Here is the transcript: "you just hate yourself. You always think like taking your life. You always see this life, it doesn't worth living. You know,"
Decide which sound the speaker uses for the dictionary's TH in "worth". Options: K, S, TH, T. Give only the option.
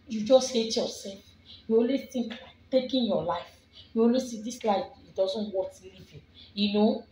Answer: S